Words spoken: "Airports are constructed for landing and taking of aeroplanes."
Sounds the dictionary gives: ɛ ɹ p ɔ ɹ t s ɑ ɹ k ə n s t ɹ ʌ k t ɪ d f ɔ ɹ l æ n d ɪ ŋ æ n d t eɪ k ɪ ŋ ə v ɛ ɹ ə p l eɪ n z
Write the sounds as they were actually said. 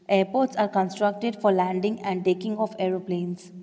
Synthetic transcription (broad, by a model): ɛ ɹ p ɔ ɹ t s ɑ ɹ k ə n s t ɹ ʌ k t ɪ d f ɔ ɹ l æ n d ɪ ŋ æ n d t eɪ k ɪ ŋ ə f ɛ ɹ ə p l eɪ n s